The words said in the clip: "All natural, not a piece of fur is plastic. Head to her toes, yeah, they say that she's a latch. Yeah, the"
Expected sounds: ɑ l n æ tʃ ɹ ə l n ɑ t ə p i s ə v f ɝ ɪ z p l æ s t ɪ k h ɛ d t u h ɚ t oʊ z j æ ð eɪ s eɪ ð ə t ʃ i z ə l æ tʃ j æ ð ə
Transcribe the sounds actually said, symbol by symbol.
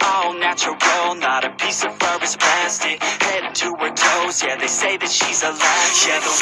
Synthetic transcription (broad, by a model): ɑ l n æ tʃ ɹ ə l n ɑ t ə p i s ə v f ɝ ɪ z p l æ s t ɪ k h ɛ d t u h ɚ t oʊ z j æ ð eɪ s eɪ ð ə t ʃ i z ə l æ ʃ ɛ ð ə